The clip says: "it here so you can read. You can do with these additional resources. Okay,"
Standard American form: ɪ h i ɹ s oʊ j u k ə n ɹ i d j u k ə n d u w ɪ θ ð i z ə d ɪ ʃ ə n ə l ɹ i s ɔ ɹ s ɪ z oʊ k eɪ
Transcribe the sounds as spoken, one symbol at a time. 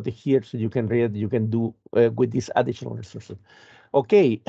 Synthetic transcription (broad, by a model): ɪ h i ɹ s oʊ j u k ə n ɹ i j u k ə n d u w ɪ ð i s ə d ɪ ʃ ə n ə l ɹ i s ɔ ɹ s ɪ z oʊ k eɪ